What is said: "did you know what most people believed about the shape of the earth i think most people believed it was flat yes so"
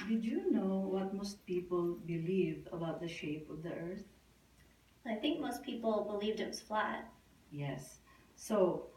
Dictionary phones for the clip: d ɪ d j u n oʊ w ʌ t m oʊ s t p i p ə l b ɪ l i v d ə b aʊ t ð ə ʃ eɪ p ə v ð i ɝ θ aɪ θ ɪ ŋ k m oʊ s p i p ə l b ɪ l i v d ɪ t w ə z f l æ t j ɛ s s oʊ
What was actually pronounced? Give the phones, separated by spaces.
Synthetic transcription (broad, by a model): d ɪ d j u n oʊ w ʌ t m oʊ s t p i p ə l b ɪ l i v ə b aʊ t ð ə ʃ eɪ p ə v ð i ɝ θ aɪ θ ɪ ŋ k m oʊ s p i p l b ɪ l i v d ɪ t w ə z f l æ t j ɛ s s oʊ